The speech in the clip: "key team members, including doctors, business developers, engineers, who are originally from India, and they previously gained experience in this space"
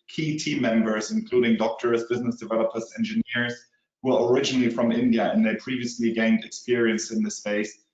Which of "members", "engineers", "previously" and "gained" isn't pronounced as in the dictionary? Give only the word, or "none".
none